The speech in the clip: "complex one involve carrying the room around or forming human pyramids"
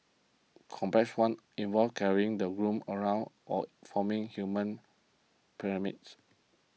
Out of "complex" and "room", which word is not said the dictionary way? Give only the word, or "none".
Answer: complex